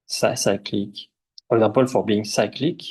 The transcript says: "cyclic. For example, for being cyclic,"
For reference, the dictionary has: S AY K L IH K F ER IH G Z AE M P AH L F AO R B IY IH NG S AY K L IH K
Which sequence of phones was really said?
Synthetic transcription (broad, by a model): S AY K L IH K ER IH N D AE P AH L F AO R B IY IH NG S AY K L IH K